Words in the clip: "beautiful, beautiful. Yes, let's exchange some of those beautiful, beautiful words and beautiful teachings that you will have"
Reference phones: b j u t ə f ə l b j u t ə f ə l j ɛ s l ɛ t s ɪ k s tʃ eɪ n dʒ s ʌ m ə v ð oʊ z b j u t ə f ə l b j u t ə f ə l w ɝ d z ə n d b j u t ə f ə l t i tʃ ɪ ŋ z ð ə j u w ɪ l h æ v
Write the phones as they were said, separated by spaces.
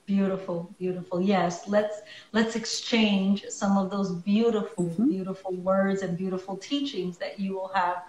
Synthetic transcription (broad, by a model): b j u t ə f l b j u t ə f l j ɛ s l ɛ t s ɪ k s tʃ eɪ n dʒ s ʌ m ə v ð oʊ z b j u t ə f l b j u t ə f l w ɝ d z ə n b j u t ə f l t i tʃ ɪ ŋ z ð ə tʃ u w ɪ l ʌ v